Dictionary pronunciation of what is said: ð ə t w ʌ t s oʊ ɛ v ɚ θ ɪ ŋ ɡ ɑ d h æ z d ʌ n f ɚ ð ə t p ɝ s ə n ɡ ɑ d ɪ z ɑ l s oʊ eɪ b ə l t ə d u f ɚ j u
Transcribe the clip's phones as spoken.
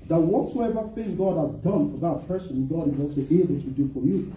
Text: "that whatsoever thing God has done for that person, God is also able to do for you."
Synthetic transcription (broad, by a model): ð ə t w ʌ t s oʊ ɛ v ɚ θ ɪ ŋ ɡ ɑ d h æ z d ʌ n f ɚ ð ə t p ɝ s ə n ɡ ɑ d ɪ z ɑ s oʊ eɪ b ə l t ə d u f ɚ j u